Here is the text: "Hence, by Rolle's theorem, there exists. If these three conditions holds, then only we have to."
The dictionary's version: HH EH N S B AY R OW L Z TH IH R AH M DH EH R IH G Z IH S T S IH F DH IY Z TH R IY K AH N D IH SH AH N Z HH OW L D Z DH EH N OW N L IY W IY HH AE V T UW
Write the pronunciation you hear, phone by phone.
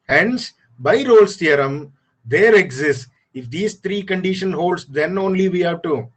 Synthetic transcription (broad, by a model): HH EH N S B AY R OW L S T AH R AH M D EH R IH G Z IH S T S IH F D IY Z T R IY K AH N D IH SH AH N HH OW L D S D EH N OW N L IY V IY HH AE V T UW